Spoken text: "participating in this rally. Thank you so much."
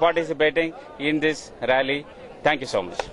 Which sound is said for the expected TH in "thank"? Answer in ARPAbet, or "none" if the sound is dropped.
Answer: T